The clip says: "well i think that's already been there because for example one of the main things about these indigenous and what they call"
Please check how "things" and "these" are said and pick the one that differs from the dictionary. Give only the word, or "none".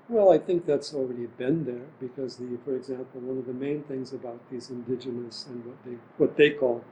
none